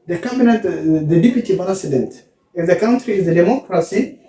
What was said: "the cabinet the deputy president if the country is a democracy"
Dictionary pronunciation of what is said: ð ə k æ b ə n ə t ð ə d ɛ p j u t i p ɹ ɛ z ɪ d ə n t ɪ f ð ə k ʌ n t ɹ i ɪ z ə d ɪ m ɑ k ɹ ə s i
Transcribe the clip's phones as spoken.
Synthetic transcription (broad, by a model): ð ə k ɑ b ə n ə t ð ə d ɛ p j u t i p ɹ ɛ s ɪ d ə n t ɪ f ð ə k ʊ n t ɹ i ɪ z ə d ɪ m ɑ k ɹ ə s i